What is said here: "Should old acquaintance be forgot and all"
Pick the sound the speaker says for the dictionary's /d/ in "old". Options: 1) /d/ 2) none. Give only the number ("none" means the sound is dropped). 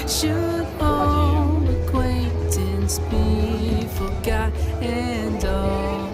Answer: 2